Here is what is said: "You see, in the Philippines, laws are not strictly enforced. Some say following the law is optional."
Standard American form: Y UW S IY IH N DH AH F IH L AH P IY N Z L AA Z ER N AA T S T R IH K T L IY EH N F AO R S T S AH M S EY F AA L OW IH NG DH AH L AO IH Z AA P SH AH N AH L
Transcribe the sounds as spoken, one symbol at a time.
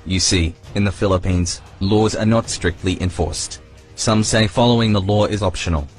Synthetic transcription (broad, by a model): Y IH S IY IH N DH AH F IH L AH P IY N Z L AA Z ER N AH T S T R IH K T L IY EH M F AO R S T S AH M S EY F AA L OW IH NG DH AH L AO IH Z AA P SH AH N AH L